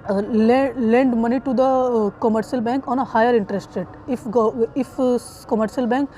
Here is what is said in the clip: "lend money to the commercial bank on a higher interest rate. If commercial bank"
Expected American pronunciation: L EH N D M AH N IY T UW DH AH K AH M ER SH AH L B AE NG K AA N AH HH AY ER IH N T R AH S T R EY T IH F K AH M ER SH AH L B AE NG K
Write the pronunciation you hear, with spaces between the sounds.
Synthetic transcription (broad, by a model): L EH N D M AH N IY T UW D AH K AH M ER SH AH L B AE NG K AA N AH HH AY ER IH N T R AH S T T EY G IH F K AH M ER SH AH L B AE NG K